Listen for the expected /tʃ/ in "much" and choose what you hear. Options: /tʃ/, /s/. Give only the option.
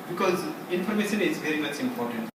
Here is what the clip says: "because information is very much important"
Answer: /s/